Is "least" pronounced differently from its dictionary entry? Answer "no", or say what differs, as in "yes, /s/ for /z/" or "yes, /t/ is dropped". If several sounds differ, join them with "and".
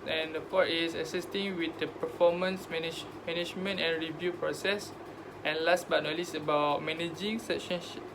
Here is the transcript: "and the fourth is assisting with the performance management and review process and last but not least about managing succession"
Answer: yes, /t/ is dropped